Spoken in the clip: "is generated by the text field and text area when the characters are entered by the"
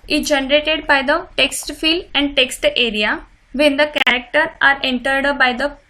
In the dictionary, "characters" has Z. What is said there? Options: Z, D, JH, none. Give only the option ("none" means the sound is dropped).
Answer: none